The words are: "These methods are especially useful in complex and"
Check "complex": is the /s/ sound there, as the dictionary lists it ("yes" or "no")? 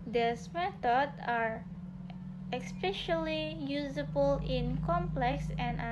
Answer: yes